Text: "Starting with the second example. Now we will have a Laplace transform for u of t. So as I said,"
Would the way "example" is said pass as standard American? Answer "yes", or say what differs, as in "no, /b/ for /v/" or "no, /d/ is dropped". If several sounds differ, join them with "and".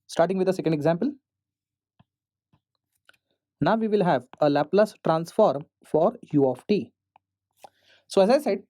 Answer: yes